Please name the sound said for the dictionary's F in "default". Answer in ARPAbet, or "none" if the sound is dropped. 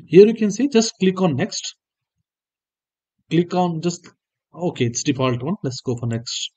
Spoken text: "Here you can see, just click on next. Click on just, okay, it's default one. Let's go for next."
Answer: P